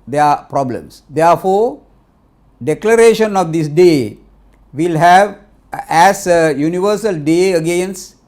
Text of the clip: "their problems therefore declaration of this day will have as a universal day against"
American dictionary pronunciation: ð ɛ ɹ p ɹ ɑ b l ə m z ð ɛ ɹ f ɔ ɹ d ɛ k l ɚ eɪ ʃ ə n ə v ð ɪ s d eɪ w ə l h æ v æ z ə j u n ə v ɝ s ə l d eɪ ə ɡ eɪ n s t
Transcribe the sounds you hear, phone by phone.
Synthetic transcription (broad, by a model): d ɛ p ɹ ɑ b l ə m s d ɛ ɹ f ɔ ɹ d ɛ k l ɚ eɪ ʃ ə n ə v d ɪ s d eɪ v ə l h æ v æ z ə j u n ə v ɝ s ə l d eɪ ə ɡ eɪ n s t